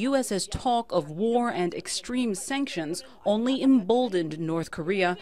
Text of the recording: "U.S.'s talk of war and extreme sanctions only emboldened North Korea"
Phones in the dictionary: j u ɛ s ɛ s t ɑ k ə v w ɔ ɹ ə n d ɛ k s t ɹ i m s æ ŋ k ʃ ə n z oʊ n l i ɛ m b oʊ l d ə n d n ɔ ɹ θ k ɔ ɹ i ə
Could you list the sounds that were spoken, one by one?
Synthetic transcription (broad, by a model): j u ɛ s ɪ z t ɑ k ə v w ɔ ɹ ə n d ɛ k s t ɹ i m s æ ŋ k ʃ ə n z oʊ n l i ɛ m b oʊ l d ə n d n ɔ ɹ θ k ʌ ɹ i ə